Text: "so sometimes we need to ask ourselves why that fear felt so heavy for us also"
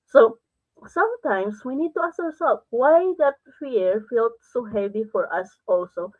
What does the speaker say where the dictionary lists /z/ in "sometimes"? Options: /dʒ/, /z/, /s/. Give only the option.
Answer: /s/